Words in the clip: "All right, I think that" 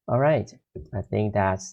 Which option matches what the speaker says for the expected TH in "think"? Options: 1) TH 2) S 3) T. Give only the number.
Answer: 1